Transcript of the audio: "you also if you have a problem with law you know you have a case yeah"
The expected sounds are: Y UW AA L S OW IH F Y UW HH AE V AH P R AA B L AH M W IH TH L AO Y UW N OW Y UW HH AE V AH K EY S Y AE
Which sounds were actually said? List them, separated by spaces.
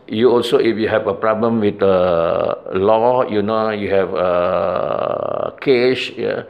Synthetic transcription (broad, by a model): Y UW AA L S OW IH F Y UW HH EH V AH P R AA B L AH M W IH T L AO Y UW N OW Y UW HH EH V AH K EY SH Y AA